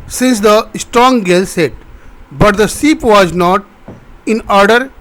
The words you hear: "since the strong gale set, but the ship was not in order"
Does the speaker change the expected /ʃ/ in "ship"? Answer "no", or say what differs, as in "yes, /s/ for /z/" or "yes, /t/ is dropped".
yes, /s/ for /ʃ/